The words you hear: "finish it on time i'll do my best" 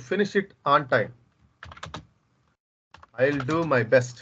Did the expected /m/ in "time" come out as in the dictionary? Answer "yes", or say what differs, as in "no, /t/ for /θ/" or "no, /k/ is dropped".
yes